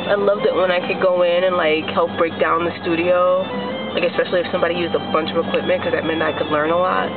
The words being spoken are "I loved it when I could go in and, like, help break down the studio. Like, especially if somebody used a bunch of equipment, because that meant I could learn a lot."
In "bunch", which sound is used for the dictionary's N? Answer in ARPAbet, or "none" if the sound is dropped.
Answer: N